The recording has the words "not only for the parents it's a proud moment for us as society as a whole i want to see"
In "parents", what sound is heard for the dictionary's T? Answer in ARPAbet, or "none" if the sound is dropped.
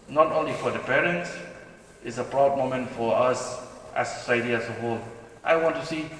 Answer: T